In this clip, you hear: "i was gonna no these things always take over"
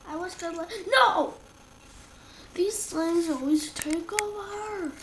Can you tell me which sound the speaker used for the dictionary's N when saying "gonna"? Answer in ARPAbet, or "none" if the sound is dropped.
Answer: L